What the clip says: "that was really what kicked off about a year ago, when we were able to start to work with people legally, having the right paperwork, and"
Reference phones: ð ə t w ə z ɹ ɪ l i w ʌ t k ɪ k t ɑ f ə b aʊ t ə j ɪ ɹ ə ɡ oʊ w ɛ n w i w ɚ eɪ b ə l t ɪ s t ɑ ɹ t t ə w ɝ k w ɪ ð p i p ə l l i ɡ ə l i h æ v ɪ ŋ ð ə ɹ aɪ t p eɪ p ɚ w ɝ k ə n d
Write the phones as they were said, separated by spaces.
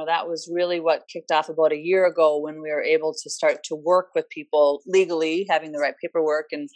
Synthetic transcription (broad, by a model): ð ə t w ə z ɹ ɪ l i w ʌ t k ɪ k t ɑ f ə b aʊ t ə j ɪ ɹ ə ɡ oʊ w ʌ n w i w ɚ eɪ b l t ɪ s t ɑ ɹ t t ə w ɝ k w ɪ ð p i p l l i ɡ l i h æ v ɪ ŋ ð ə ɹ aɪ t p eɪ p ɚ w ɝ k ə n